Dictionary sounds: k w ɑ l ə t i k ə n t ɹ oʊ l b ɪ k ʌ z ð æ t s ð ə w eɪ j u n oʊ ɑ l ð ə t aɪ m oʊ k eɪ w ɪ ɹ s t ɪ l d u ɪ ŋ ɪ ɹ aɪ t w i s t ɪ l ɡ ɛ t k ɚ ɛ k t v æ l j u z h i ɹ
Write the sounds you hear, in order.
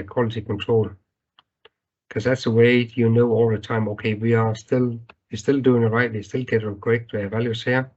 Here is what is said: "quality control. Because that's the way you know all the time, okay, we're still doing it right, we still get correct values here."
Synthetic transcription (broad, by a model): k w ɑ l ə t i k ə n t ɹ oʊ l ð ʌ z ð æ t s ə w eɪ j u n oʊ ɑ l ð ə t aɪ m oʊ k eɪ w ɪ l s t ɪ l d u ɪ ŋ ɪ ɹ aɪ t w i s t ɪ l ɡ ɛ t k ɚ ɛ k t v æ l j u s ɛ